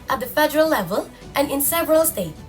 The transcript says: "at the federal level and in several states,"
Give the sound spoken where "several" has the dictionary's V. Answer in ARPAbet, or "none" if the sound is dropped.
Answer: V